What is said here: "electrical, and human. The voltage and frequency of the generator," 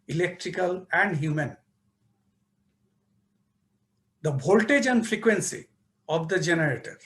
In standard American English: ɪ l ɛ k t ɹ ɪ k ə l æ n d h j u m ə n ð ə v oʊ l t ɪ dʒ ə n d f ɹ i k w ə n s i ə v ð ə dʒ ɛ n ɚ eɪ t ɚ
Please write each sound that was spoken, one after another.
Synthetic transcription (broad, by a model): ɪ l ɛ k t ɹ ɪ k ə l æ n d h j u m ə n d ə b oʊ l t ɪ dʒ ə n d f ɹ i k w ə n s i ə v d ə dʒ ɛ n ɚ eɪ t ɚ